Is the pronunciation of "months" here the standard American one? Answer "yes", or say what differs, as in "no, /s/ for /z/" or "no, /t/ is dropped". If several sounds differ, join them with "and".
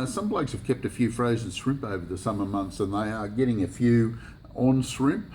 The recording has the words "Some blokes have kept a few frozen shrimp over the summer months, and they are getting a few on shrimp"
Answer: yes